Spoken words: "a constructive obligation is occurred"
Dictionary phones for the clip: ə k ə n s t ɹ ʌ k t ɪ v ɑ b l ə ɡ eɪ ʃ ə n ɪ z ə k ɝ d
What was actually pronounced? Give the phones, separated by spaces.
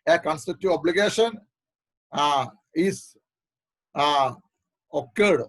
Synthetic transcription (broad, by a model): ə k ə n s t ʌ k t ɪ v ɑ b l ə ɡ eɪ ʃ ə n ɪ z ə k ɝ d